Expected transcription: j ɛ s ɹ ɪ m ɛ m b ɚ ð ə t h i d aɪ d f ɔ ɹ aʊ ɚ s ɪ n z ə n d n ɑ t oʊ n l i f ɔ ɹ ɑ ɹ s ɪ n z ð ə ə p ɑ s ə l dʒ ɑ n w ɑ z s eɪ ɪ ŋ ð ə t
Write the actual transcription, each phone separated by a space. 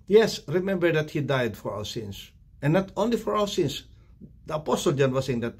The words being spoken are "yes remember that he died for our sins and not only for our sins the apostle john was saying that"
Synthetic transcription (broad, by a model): j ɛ s ɹ ɪ m ɛ m b ɚ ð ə t h i d aɪ d f ɔ ɹ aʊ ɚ s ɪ n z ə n n ɑ t oʊ n l i f ɔ ɹ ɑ w s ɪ n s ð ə ə p ɑ s ə l dʒ ɑ n w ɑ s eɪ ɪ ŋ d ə t